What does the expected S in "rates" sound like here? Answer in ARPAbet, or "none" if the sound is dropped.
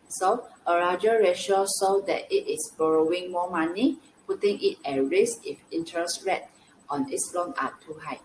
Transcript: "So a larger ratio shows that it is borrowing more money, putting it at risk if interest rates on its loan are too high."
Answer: none